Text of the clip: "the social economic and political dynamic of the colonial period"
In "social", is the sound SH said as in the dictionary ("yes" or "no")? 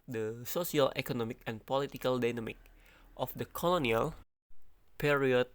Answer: no